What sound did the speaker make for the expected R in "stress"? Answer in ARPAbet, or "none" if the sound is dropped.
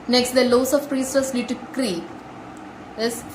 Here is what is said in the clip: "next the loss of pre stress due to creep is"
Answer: none